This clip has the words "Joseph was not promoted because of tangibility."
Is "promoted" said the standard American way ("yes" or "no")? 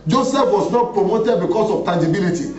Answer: yes